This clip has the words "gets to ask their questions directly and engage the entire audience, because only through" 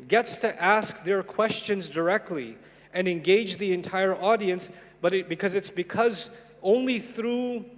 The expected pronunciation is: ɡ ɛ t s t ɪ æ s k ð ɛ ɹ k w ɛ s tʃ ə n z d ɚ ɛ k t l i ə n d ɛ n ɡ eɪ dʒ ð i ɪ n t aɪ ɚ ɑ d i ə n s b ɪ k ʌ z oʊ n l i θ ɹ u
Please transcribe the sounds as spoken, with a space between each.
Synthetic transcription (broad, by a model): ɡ ɛ t s t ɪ æ s k ð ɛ ɹ k w ɛ s tʃ ə n z d ɚ ɛ k t l i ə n ɛ n ɡ eɪ dʒ ð i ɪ n t aɪ ɚ ɑ d i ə n s b ɪ k ʌ z oʊ n l i θ ɹ u